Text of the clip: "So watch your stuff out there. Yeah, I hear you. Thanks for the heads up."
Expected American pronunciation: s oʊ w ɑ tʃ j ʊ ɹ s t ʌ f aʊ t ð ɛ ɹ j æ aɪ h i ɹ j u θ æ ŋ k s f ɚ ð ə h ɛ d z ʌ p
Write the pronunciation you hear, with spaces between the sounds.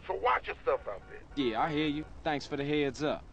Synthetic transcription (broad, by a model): s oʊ w ɑ tʃ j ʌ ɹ s t ʌ f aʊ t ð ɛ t j æ aɪ h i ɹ j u θ æ ŋ k s f ɚ ð ə h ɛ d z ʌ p